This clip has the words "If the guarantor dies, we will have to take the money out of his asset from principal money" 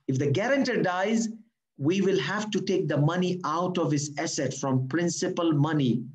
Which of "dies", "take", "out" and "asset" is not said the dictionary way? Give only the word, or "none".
none